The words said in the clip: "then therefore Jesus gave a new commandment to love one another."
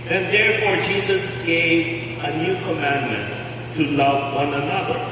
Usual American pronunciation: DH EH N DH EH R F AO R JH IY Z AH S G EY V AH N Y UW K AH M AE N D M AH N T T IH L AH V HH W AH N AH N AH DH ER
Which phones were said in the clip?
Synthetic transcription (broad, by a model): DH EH N DH EH R F AO R JH IY Z AH S G EY V AH N Y UW K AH M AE N M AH N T T IH L AH V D W AH N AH N AH DH ER